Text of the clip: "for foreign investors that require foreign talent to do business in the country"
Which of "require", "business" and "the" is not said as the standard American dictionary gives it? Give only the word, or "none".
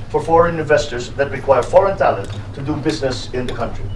none